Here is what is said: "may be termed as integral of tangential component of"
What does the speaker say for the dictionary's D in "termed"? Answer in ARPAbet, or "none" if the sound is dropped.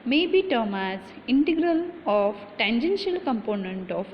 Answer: none